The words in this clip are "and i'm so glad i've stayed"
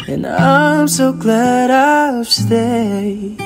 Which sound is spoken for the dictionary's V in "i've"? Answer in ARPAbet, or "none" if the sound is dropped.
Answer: F